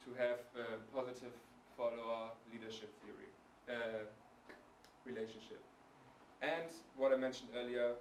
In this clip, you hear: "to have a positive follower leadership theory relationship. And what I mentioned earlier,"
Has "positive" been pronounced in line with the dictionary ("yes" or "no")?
yes